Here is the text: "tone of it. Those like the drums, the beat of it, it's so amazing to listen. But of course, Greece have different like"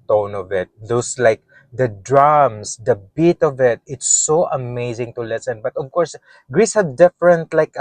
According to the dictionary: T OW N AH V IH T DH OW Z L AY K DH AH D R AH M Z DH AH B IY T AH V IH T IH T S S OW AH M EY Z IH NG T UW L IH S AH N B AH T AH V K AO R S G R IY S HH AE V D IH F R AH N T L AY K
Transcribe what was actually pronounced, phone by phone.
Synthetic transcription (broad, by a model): T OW N AH V IH T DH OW S L AY K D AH D R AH M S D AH B IY T AH V IH T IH T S S OW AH M EY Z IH NG T UW L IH S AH N B AH T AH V K AO R S G R IY S HH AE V D IH F R AH N T L AY K